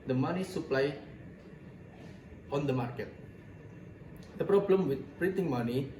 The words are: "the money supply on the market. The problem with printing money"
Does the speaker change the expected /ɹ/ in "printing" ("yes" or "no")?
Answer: no